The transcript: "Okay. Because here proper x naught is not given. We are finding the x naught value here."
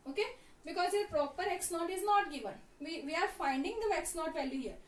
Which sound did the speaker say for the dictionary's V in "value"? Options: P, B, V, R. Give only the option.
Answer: P